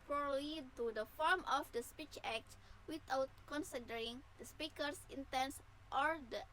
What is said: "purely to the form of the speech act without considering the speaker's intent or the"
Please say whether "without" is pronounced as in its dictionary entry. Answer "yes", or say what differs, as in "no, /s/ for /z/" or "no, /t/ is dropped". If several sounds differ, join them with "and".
no, /t/ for /θ/